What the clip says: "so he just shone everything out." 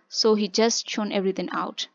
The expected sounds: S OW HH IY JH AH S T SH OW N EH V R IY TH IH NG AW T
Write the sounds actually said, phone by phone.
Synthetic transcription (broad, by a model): S OW HH IY JH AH S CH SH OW N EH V R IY T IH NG AW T